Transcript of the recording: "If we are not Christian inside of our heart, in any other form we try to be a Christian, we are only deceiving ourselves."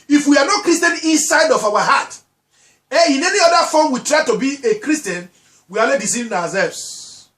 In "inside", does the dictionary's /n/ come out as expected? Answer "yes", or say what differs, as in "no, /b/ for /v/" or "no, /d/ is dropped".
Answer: yes